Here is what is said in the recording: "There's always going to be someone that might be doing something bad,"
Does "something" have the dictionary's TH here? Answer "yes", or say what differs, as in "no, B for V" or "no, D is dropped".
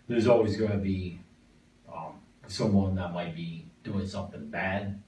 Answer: yes